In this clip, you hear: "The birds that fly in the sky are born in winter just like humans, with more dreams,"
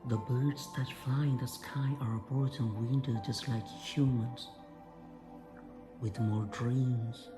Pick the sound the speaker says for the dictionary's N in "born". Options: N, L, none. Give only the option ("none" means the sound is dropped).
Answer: none